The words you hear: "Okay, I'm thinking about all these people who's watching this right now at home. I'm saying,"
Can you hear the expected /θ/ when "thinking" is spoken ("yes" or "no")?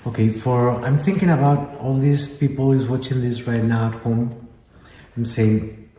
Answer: yes